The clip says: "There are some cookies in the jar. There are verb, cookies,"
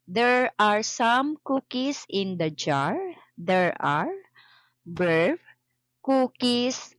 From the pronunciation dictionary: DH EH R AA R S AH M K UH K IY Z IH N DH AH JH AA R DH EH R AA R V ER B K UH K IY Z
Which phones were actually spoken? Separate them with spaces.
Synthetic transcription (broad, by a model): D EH R AA R S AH M K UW K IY S IH N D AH JH AA R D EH R AA R B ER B K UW K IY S